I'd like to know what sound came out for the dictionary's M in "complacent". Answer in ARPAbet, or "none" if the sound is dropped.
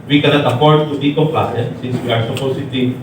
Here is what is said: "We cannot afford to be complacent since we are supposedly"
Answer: none